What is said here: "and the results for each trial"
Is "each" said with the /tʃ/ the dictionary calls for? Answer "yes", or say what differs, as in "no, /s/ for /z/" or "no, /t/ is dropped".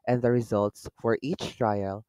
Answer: yes